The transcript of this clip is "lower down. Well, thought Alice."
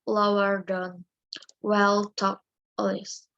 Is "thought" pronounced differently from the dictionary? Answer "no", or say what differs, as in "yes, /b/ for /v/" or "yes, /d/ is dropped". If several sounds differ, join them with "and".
yes, /t/ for /θ/